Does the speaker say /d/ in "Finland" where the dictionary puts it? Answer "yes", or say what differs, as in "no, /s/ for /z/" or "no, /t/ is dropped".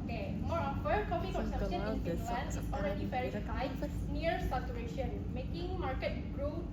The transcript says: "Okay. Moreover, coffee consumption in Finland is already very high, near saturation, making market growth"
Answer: no, /d/ is dropped